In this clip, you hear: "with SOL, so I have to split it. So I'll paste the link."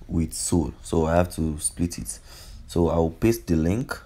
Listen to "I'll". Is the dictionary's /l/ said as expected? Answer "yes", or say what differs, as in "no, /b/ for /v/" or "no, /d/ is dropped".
no, /w/ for /l/